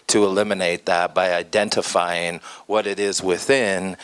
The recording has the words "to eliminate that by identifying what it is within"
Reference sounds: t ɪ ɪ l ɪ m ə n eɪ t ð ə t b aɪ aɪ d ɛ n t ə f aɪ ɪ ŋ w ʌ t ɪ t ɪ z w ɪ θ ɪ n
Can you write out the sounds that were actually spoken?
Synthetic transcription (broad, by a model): t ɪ ɪ l ɪ m ə n eɪ t ð ə t b aɪ aɪ d ɛ n t ə f aɪ ɪ ŋ w ʌ t ɪ t ɪ z w ɪ θ ɪ n